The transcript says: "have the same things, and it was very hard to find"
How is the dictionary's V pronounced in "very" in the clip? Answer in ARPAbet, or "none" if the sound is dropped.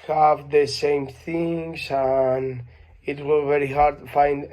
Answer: V